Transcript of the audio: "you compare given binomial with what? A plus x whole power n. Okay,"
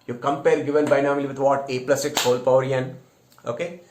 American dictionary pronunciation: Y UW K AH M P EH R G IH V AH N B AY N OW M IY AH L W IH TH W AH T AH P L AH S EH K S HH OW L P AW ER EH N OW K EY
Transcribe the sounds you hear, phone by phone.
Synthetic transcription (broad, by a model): Y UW K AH M P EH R G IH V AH L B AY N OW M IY L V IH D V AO T AH P L AH S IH K S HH OW L P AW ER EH N OW K EY